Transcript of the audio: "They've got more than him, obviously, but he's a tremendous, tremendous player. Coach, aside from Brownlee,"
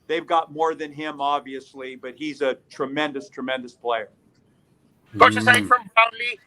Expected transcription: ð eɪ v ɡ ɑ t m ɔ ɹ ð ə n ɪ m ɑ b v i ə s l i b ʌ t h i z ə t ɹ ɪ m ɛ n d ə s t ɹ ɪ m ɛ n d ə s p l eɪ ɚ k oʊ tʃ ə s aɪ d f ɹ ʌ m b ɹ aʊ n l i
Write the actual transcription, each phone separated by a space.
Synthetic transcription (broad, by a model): ð eɪ v ɡ ɑ t m ɔ ɹ ð ə n ɪ m ɑ b v i ə s l i b ʌ t h i z ə t ɹ ɪ m ɛ n d ə s t ɹ ɪ m ɛ n d ə s p l eɪ ɚ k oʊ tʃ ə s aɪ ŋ f ɹ ʌ m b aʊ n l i